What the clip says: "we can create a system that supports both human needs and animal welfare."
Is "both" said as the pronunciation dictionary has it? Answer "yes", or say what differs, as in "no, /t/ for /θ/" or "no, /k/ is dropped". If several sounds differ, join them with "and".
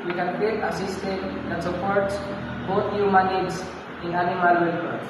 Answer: no, /t/ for /θ/